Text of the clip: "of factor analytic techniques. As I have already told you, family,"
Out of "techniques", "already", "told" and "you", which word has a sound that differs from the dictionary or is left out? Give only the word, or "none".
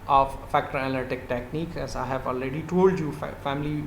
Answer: techniques